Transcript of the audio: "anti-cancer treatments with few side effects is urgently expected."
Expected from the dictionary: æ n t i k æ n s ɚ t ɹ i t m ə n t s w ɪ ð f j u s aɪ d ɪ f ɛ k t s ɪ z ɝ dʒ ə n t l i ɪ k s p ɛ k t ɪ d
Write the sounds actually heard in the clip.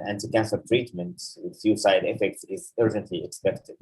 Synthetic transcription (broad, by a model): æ n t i k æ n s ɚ t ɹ i t m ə n t w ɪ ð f j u s aɪ d ɪ f ɛ k t s ɪ z ɝ dʒ ə n t l i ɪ k s p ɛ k t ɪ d